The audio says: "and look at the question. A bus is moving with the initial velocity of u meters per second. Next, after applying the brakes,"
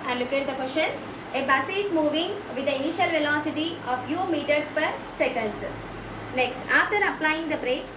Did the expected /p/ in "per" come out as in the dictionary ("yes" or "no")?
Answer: yes